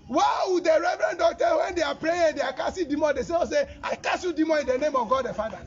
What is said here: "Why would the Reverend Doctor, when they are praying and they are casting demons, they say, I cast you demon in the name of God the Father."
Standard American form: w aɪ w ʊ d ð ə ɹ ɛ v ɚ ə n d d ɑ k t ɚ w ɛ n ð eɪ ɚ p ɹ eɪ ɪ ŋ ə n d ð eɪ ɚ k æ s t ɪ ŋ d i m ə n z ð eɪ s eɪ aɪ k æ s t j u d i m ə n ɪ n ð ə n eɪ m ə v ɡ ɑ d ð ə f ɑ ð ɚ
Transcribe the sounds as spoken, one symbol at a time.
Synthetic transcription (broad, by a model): w aɪ w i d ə ɹ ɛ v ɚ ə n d d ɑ k t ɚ w ɛ n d eɪ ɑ p ɹ eɪ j ə n d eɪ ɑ k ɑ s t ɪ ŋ d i m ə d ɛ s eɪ s eɪ aɪ k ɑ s j u d i m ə ɪ n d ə n eɪ m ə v ɡ ɑ d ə f ɑ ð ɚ